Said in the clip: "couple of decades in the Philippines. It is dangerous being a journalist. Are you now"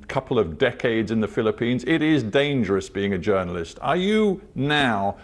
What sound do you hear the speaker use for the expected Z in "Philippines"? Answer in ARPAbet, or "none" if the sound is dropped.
Z